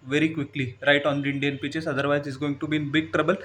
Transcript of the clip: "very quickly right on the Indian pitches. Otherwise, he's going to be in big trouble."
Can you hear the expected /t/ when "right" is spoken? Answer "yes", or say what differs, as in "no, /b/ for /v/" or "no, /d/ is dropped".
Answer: yes